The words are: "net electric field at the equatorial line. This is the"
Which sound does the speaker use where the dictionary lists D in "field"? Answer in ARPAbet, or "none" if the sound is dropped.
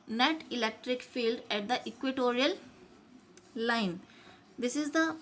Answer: D